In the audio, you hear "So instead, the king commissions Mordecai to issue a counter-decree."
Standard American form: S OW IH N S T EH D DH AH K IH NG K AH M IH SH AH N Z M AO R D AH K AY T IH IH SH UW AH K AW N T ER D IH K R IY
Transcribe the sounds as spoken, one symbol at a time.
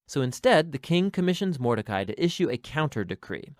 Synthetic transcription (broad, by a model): S OW IH N S T EH D DH AH K IH NG K AH M IH SH AH N Z M AO R D AH K AY T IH IH SH UW AH K AW N T ER D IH K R IY